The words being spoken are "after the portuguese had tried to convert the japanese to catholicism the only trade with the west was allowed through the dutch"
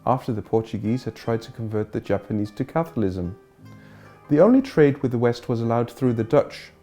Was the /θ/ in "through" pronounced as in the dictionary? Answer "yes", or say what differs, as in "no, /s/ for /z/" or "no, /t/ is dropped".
yes